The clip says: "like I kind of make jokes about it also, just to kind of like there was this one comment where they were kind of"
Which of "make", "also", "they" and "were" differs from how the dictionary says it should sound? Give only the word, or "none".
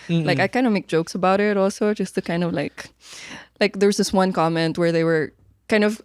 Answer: none